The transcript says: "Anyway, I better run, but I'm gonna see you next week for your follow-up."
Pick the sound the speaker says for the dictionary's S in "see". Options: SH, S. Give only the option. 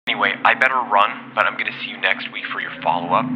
S